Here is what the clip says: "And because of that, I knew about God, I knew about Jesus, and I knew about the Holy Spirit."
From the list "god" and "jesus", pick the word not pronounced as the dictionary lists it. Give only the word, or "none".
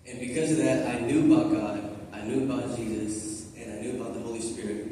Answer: none